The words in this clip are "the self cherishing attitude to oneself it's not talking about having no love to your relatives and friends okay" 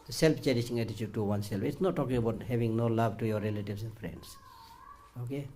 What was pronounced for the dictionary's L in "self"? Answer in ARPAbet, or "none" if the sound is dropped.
L